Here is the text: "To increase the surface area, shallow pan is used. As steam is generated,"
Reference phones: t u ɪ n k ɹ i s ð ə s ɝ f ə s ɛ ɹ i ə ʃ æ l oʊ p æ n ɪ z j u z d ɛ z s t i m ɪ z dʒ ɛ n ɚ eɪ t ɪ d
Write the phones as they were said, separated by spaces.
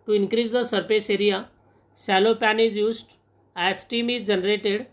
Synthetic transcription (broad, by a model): t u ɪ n k ɹ i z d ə s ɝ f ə s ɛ ɹ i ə s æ l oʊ p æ n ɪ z j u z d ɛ s t i m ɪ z dʒ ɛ n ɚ eɪ t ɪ d